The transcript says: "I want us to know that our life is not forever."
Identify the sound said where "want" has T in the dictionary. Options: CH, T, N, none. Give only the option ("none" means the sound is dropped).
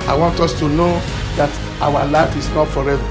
T